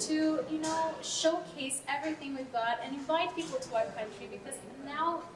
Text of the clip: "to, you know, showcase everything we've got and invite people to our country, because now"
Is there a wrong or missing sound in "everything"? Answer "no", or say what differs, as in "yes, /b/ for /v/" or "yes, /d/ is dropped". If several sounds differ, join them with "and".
no